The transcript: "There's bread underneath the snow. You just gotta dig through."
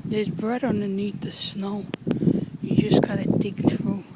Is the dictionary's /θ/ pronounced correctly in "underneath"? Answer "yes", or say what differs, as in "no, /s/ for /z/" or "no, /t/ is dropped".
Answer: no, /t/ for /θ/